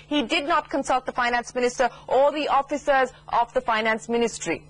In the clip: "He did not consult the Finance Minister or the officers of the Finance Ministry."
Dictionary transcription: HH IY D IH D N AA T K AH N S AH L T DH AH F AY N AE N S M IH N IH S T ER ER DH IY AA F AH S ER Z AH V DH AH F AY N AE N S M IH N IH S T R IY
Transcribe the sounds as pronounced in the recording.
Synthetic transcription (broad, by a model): HH IY D IH D N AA T K AH N S AH L T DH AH F AY N AE N S M IH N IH S T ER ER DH IY AA F AH S ER Z AH V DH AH F AY N AE N S M IH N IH S T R IY